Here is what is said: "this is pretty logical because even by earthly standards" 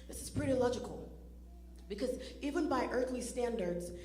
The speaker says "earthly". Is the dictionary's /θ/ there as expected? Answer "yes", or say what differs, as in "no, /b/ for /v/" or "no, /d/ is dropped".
yes